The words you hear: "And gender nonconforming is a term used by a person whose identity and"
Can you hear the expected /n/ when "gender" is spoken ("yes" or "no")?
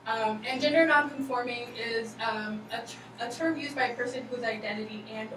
yes